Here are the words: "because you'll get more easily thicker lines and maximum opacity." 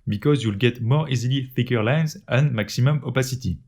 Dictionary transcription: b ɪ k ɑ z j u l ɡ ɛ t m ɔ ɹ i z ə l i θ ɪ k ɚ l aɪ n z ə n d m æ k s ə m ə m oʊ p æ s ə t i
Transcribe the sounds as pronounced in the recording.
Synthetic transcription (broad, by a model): b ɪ k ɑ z j u l ɡ ɛ t m ɔ ɹ i z ə l i f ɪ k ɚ l aɪ n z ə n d m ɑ k s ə m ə m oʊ p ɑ s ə t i